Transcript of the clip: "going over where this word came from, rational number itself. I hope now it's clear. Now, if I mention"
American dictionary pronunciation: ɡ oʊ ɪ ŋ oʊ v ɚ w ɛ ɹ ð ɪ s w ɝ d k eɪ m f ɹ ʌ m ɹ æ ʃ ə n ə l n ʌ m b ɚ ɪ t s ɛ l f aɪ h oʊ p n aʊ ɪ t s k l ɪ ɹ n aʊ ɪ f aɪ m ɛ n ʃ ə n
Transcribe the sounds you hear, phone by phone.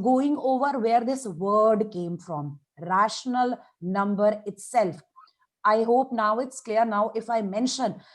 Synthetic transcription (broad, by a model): ɡ oʊ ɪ ŋ oʊ v ɚ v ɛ ɹ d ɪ s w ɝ d k eɪ m f ɹ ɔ m ɹ æ ʃ ə n ə l n ʌ m b ɚ ɪ t s ɛ l f aɪ h oʊ p n aʊ ɪ t s k l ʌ ɹ n aʊ ɪ f aɪ m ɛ n ʃ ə n